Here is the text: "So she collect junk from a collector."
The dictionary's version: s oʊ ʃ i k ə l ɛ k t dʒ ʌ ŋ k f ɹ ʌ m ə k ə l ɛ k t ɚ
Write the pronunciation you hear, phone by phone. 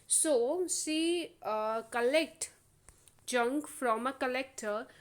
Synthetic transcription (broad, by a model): s oʊ s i k ə l ɛ k t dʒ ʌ ŋ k f ɹ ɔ m ə k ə l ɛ k t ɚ